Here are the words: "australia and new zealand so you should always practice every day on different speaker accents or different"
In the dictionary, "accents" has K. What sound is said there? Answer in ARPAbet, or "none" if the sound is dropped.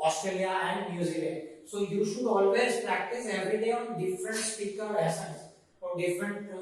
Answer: none